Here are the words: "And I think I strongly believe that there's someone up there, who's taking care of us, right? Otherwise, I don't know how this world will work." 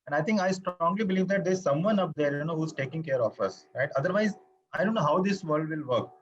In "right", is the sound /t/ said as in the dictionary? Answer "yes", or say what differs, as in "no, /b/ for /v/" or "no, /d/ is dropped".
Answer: yes